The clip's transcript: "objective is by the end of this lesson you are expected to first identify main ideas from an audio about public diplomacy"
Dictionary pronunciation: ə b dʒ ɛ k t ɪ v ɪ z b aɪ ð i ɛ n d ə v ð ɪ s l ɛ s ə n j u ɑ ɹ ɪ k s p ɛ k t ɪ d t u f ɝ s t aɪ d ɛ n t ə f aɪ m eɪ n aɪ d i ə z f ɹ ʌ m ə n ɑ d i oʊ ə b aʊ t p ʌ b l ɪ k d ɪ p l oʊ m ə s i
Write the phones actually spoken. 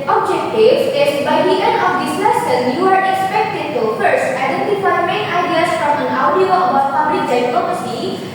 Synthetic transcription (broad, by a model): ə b dʒ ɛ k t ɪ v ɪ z b aɪ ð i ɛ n ə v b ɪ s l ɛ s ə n j u ɑ ɹ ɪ k s p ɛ k t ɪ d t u f ɝ s t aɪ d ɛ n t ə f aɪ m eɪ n aɪ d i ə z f ɹ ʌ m ə n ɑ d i oʊ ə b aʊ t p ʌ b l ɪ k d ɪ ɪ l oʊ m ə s i